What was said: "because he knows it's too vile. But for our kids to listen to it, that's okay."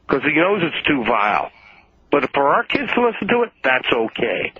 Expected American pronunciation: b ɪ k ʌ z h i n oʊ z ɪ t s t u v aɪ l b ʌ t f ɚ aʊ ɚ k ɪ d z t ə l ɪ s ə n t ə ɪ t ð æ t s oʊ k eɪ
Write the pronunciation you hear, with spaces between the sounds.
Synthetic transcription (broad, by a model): k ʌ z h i n oʊ z ɪ t s t u v aɪ l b ʌ t f ɚ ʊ ɚ k ɪ d z t ə l ɪ s n t ə ɪ t ð æ t s oʊ k eɪ